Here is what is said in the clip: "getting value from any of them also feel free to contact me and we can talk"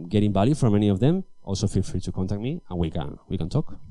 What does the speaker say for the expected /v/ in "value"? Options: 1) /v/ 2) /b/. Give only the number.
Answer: 2